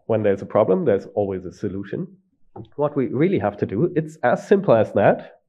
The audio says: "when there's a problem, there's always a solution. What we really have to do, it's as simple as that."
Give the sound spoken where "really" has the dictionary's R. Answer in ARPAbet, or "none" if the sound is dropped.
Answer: R